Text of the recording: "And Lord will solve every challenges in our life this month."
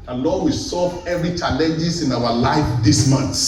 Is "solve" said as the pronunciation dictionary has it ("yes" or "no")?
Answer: no